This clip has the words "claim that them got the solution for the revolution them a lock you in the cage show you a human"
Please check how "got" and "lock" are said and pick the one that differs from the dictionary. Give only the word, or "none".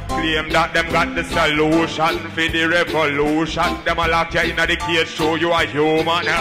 none